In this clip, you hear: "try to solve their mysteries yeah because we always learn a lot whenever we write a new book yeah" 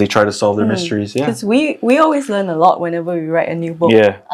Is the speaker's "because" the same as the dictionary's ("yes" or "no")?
no